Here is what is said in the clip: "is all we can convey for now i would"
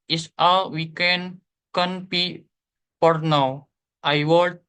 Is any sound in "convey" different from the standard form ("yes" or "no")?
yes